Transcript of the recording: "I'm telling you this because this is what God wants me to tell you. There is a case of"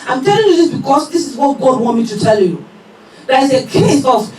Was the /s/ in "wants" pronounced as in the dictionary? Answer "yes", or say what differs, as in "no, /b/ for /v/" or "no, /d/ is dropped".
no, /s/ is dropped